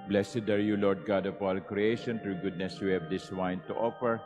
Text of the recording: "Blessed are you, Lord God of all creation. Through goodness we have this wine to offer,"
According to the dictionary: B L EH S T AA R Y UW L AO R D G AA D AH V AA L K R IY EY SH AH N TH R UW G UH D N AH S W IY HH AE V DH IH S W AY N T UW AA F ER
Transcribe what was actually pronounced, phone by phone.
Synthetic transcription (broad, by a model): B L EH S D AA R Y UW L AO R D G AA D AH P AA L K R IY EY SH AH N T R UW G UH D N AH S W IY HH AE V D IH S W AY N T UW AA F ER